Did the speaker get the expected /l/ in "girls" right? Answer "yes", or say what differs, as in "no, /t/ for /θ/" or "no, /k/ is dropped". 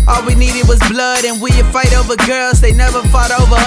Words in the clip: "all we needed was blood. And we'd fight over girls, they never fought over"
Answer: yes